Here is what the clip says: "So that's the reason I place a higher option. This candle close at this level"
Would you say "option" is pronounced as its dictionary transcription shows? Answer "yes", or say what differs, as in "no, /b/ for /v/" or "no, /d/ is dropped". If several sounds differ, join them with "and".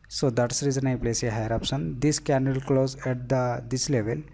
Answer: no, /s/ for /ʃ/